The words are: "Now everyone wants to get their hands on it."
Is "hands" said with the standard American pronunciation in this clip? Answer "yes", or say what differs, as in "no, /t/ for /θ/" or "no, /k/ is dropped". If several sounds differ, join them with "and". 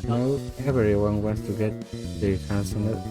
no, /s/ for /z/